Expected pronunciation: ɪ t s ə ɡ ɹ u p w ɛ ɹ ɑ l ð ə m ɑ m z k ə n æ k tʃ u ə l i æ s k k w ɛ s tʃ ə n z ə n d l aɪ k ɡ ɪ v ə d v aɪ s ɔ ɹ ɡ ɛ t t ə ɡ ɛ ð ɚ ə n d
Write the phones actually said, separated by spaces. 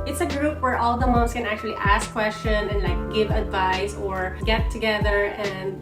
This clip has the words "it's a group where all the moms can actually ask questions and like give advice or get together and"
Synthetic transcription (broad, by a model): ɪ t s ə ɡ ɹ u p w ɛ ɹ ɑ l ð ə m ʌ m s k ə n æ k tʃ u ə l i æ s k k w ɛ s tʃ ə n ə n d l aɪ k ɡ ɪ v ə d v aɪ s ɔ ɹ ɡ ɛ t t ə ɡ ɛ ð ɚ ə n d